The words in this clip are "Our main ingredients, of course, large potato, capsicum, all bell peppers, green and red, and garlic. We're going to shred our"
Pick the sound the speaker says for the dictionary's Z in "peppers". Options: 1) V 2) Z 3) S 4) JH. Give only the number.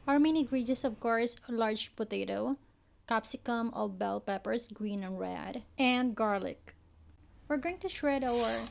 3